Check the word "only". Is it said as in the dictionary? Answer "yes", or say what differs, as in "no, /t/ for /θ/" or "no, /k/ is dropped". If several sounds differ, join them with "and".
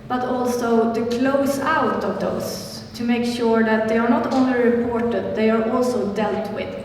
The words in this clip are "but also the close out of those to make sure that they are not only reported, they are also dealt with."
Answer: yes